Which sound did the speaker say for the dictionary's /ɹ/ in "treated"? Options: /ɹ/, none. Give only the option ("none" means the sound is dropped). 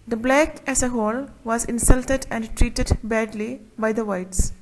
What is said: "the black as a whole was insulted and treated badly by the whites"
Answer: /ɹ/